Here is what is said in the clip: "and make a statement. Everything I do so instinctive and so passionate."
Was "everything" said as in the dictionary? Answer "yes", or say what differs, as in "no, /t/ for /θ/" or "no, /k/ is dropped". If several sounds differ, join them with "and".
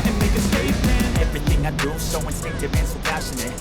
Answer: yes